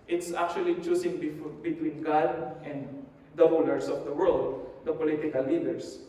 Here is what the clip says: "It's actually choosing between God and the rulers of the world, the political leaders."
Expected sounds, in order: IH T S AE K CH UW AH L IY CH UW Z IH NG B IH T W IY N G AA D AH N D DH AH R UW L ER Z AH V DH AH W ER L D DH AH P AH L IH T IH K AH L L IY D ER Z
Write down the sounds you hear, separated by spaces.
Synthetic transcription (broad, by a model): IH T S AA K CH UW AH L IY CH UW S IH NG B IH T W IY N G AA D AH N D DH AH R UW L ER S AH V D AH W ER L D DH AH P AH L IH T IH K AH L L IY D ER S